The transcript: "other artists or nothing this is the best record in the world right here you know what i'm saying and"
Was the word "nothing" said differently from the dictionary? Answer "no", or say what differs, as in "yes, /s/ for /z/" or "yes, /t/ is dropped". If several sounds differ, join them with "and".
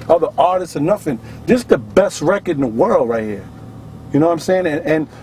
yes, /f/ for /θ/